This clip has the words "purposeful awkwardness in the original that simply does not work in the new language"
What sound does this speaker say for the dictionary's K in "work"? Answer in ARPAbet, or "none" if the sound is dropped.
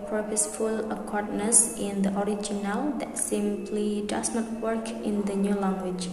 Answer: K